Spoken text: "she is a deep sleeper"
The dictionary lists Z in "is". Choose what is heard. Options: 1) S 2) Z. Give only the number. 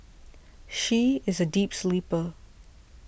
2